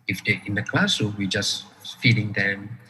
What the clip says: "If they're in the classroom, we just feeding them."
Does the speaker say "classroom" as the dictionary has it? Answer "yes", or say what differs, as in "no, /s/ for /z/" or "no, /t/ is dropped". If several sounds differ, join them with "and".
no, /ɹ/ is dropped